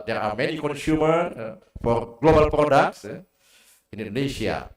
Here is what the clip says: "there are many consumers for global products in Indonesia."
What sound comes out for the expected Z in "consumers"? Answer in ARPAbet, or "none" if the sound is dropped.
none